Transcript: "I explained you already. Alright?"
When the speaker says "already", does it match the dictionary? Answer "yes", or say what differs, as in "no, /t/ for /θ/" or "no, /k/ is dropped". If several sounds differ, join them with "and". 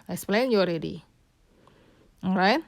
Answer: yes